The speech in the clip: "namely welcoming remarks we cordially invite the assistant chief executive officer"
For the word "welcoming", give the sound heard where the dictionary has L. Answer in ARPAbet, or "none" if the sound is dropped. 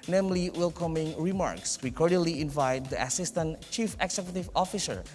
L